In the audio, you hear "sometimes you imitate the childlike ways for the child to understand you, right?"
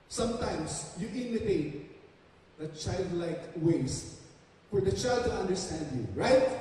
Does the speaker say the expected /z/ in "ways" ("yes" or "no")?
no